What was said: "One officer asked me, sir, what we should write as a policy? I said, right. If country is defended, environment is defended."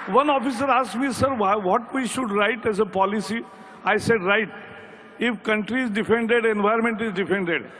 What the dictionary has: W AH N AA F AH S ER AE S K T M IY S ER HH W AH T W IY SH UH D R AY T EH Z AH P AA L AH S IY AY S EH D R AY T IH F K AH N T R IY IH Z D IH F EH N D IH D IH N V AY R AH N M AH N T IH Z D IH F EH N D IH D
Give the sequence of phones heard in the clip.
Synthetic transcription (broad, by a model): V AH N AA F AH S ER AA S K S M IY S ER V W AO T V IY SH UH D R AY T EH Z AH P AA L AH S IY AY S EH D R AY T IH F K AH N T R IY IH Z D IH F EH N D IH D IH N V AY AH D M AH N T IH Z D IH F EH N D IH D